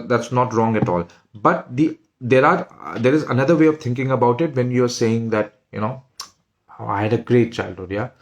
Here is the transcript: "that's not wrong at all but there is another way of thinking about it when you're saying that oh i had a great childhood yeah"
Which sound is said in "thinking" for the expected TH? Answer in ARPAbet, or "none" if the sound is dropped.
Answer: T